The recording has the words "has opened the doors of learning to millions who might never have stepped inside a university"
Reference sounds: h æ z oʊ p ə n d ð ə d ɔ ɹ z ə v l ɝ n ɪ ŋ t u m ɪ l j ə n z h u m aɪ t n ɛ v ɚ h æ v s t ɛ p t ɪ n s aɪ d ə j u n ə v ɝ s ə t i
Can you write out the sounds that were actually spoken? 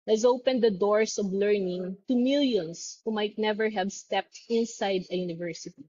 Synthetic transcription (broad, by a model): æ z oʊ p ə n d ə d ɔ ɹ s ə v l ɝ n ɪ ŋ t u m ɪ l j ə n s h u m aɪ t n ɛ v ɚ h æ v s t ɛ p t ɪ n s aɪ d ə j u n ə v ɝ s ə t i